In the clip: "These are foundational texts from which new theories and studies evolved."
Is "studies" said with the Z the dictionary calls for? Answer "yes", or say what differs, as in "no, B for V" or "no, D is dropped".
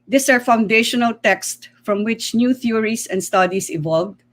no, S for Z